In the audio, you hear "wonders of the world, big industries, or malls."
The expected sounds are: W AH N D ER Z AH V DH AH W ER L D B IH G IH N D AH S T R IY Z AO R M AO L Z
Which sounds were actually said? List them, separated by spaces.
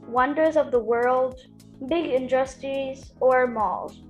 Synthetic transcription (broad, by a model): W AH N D ER Z AH V DH AH W ER L D B IH G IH N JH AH S T IY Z AO R M AO L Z